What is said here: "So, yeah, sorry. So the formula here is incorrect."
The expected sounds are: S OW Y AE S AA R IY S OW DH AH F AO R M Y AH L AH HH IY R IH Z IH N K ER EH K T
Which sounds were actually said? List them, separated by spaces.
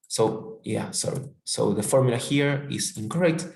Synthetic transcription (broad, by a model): S OW Y AE S AA R IY S OW DH AH F AO R M Y AH L AH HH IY R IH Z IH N K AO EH K T